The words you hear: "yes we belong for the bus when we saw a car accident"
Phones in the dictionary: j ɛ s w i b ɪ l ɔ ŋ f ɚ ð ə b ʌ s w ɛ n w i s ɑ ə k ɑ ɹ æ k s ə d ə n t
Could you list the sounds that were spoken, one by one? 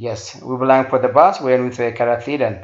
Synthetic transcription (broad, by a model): j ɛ s w i b ɪ l ɔ ŋ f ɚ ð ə b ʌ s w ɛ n w i θ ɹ ə k ɑ ɹ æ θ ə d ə n